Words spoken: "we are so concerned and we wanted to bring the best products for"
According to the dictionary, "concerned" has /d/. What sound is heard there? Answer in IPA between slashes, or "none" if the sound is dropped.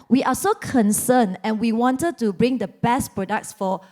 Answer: none